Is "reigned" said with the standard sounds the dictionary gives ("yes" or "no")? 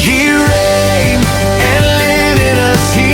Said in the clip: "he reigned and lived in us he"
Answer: no